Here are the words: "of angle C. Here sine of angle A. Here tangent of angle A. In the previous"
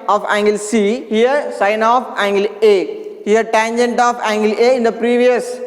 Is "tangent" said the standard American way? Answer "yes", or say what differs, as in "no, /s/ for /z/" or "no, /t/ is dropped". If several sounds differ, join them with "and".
yes